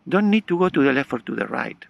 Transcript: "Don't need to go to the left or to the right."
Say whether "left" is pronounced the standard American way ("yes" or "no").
no